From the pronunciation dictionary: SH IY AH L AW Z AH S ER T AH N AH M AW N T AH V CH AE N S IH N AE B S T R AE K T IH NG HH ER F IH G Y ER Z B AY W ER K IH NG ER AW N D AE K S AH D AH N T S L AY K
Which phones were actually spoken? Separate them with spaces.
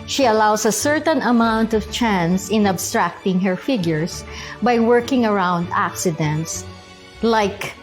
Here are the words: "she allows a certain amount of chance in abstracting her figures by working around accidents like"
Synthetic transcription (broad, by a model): SH IY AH L AW S AH S ER T AH N AH M AW N T AH V CH AE N S IH N AE B S T R AE K T IH NG HH ER F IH G Y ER S B AY W ER K IH NG ER AW N D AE K S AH D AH N T S L AY K